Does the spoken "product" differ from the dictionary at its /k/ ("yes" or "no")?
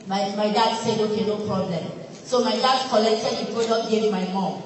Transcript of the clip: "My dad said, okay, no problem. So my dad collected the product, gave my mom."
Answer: yes